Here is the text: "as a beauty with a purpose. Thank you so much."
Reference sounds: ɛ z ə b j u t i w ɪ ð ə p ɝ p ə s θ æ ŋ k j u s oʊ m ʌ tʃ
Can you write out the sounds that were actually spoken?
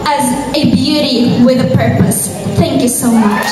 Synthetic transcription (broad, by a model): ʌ z ə b j u t i w ɪ ð ə p ɝ p ə s θ æ ŋ k j u s oʊ m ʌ tʃ